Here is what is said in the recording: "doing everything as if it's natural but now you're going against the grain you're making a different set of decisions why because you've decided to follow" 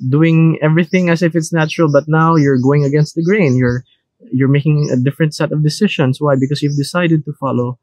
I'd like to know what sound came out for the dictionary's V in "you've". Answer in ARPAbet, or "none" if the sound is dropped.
V